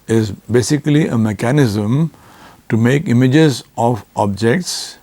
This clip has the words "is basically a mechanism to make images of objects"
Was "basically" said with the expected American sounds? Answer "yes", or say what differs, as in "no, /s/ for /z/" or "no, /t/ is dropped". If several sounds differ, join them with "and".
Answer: yes